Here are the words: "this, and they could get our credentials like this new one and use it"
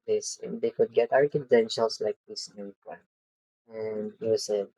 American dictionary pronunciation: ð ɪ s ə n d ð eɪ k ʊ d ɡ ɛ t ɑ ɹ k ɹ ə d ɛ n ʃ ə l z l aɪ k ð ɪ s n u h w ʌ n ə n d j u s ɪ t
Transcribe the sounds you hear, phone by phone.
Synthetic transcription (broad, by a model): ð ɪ s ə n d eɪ k ʊ d ɡ ɛ t ɑ ɹ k ə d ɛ n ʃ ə l s l aɪ k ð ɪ s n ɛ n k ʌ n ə n d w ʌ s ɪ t